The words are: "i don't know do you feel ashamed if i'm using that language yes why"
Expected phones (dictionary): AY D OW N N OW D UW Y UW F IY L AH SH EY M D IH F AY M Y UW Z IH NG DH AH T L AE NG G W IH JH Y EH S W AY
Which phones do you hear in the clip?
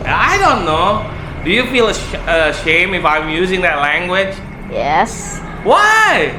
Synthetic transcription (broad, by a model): AY D OW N N OW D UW Y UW F IY L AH SH EY M IH F AY M Y UW Z IH NG DH AH T L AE NG G W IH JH Y EH S W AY